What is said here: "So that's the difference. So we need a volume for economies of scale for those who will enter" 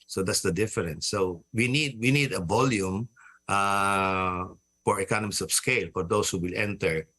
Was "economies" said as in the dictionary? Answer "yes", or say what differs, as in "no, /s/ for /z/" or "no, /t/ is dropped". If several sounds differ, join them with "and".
no, /s/ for /z/